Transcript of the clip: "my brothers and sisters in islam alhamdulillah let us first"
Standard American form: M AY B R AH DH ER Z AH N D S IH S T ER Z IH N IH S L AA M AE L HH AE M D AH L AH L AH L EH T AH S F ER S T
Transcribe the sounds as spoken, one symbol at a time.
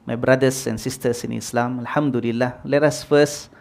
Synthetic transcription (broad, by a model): M AY B R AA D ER S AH N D S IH S T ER S IH N IH S L AA M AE L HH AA M D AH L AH L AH L EH T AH S F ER S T